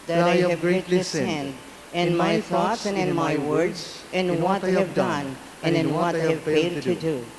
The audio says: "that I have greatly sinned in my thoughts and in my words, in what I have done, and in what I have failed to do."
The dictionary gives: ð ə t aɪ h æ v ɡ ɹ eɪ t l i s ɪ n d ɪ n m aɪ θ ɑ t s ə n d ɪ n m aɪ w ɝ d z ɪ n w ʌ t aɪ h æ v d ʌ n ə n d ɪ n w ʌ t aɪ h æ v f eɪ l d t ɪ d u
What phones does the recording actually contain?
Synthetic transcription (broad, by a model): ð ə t aɪ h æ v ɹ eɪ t i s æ n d ɪ n m aɪ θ ɑ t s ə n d ɪ n m aɪ w ɝ d z ɪ n w ʌ t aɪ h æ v d ʌ n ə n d ɪ n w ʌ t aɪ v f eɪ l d t ɪ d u